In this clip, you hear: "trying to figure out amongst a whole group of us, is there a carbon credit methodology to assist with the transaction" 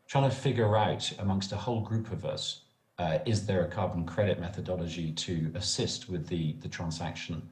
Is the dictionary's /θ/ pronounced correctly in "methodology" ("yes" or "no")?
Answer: yes